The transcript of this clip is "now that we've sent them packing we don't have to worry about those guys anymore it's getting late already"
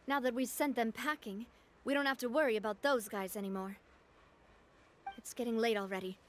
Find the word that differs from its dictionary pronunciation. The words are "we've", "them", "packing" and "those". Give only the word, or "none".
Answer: none